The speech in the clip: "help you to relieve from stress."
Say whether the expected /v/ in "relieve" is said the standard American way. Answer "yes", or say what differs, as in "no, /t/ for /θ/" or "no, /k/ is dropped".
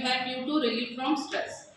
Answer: no, /f/ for /v/